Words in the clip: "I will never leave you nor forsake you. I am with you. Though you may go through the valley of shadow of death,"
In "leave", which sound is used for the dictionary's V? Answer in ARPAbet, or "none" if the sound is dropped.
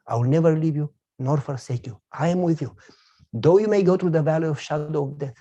V